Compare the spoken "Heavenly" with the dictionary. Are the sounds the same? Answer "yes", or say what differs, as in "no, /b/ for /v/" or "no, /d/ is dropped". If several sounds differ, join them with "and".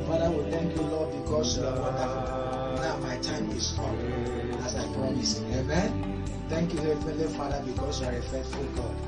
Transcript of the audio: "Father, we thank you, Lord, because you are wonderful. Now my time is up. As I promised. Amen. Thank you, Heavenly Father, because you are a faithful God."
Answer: no, /f/ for /v/